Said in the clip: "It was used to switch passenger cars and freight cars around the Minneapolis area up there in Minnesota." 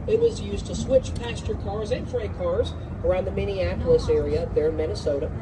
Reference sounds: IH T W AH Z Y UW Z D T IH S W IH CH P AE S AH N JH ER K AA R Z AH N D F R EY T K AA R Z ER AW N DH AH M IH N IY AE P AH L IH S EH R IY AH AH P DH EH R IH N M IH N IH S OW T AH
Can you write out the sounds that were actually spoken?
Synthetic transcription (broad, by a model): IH T W AH Z Y UW Z T IH S W IH CH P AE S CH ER K AA R Z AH N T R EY K AA R Z ER AW N DH AH M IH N IY AE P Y L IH S EH R IY AH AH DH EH R M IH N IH S OW T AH